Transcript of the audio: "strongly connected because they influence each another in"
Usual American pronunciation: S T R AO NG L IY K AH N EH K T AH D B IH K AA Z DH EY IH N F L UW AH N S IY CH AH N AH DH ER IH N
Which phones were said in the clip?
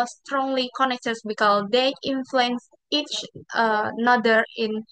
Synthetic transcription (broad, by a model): S T R AO NG L IY K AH N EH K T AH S B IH K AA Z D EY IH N F L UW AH N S IY CH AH N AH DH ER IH N